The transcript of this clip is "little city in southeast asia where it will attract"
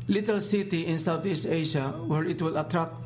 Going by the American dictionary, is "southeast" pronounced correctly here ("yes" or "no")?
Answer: no